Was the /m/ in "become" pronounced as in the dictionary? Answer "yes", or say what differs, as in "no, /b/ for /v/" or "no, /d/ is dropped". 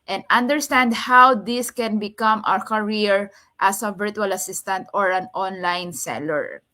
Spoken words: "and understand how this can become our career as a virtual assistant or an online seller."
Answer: yes